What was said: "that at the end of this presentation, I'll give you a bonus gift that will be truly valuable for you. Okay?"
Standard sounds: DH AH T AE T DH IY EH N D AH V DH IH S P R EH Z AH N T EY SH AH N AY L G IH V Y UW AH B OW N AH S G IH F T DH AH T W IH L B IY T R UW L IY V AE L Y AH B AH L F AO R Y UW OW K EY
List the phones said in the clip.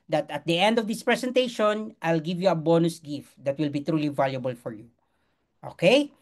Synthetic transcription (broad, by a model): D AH T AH T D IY EH N D AH V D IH S P R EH S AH N T EY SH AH N AY L G IH V Y UW AH B OW N AH S G IH F T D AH T W IH L B IY T R UW L IY V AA L Y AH B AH L F AO R Y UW OW K EY